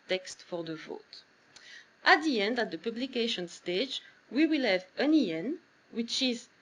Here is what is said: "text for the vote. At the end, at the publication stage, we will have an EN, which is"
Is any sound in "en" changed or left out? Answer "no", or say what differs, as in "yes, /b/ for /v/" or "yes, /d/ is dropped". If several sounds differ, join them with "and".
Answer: no